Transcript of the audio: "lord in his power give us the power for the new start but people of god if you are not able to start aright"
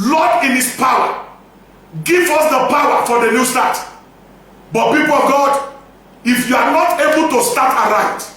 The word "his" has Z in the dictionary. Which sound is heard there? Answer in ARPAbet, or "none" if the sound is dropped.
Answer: S